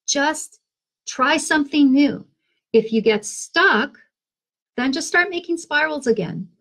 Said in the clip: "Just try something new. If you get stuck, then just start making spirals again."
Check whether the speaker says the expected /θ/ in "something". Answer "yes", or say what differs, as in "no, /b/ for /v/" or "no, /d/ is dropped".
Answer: yes